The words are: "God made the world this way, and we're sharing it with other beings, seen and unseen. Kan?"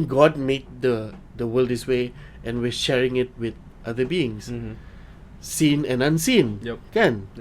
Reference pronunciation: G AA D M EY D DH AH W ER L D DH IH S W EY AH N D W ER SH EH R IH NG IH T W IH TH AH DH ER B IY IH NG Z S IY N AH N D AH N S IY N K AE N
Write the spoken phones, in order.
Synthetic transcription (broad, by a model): G AA D M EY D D AH W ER L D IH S W EY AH N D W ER SH EH R IH NG IH T W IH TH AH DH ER B IY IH NG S S IY N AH N AH N S IY N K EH N